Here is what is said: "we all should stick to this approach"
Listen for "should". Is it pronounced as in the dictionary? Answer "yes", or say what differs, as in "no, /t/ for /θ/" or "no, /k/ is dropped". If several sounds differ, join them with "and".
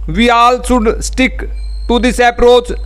no, /s/ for /ʃ/